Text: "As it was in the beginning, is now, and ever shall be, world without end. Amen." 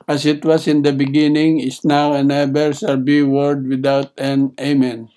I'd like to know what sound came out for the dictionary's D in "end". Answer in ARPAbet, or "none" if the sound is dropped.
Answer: none